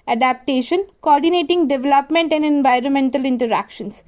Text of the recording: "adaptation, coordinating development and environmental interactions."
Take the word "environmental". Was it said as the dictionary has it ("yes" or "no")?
yes